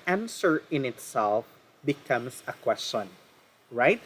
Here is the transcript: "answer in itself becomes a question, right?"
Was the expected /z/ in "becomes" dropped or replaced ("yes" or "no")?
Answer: yes